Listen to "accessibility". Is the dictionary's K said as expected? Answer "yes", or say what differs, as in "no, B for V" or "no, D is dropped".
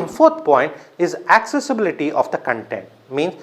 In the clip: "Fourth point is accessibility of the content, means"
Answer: yes